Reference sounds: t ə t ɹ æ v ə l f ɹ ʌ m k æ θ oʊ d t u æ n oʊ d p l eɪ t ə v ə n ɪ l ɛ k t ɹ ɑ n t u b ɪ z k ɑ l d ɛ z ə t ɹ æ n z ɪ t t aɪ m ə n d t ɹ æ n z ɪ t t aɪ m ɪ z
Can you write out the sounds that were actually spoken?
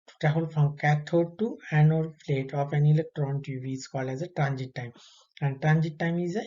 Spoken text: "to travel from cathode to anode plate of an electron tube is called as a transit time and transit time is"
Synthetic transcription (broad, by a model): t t æ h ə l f ɹ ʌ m k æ t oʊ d t u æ n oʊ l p l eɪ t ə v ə n ɪ l ɛ k t ɹ ɑ n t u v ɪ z k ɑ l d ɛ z ə t ɹ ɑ n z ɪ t t aɪ m ə n d t ɹ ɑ n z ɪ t t aɪ m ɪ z